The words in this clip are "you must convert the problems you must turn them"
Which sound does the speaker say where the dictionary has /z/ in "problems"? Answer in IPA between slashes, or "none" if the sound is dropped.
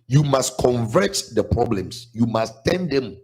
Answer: /s/